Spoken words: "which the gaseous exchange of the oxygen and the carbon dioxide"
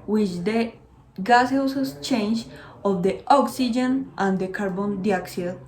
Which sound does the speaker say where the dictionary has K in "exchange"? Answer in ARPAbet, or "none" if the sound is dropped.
none